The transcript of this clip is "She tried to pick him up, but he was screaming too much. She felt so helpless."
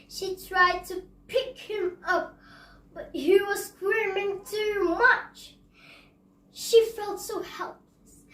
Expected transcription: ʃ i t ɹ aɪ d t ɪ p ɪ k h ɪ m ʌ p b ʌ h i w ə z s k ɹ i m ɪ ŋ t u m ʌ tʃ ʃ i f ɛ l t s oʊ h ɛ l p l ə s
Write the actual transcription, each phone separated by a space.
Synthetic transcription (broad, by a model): ʃ i t ɹ aɪ d t ɪ p ɪ k h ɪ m ʌ p b ʌ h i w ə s k w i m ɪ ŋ t u m ʌ tʃ ʃ i f ɛ l t s oʊ h ɛ l p l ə s